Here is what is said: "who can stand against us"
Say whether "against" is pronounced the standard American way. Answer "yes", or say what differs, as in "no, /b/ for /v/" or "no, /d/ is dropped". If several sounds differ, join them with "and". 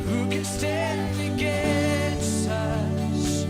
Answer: no, /t/ is dropped